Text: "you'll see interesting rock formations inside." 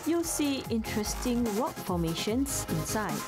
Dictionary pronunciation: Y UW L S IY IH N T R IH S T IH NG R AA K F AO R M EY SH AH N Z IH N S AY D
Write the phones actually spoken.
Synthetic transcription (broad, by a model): Y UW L S IY IH N T R IH S T IH NG W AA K F AO M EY SH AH N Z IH N S AY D